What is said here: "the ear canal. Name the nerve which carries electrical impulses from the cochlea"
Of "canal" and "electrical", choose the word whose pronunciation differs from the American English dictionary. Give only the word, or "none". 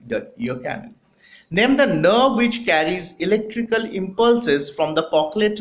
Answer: canal